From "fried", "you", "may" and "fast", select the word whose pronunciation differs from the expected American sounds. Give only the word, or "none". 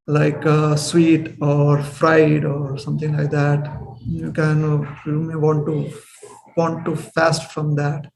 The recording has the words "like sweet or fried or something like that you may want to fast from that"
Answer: none